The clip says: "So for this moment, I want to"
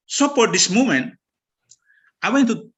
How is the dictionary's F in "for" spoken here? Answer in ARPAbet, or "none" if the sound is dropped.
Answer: P